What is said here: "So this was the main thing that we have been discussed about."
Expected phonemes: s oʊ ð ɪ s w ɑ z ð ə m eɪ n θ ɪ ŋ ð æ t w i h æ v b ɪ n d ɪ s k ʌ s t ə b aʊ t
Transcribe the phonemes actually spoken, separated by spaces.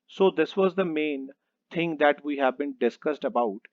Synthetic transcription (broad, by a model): s oʊ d ɪ s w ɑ z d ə m eɪ n t ɪ ŋ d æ t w i h æ v b ɪ n d ɪ s k ʌ s t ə b aʊ t